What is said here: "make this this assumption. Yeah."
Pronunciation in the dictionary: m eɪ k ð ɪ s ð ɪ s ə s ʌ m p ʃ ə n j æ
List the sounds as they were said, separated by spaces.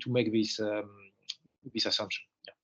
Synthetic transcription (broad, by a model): m eɪ k ð ɪ s ð ɪ s ə s ʌ m p ʃ ə n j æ